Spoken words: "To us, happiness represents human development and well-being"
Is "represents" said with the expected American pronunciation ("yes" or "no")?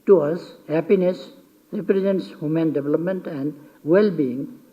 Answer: yes